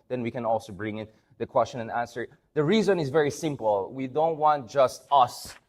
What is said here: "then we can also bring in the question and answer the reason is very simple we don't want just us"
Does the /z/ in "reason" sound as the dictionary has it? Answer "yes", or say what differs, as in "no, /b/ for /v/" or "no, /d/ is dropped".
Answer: yes